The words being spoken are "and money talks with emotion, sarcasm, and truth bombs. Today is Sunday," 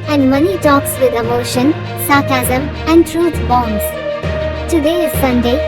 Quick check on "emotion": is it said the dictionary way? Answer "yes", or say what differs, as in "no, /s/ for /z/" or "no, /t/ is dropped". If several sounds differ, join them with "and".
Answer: yes